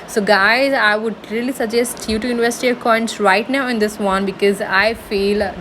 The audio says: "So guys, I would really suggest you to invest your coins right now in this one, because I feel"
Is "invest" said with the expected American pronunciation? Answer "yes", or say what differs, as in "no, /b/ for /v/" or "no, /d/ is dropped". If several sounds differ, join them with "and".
no, /s/ is dropped